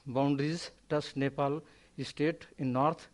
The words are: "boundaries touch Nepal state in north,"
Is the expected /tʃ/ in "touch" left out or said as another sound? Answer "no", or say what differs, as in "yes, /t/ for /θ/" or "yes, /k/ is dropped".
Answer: yes, /s/ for /tʃ/